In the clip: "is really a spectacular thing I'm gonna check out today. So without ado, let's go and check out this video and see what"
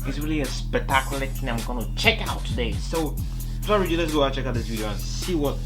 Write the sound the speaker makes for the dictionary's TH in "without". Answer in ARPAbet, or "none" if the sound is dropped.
S